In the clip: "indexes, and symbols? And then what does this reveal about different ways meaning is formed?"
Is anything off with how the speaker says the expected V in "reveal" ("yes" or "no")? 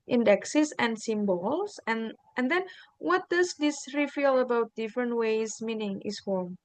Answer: yes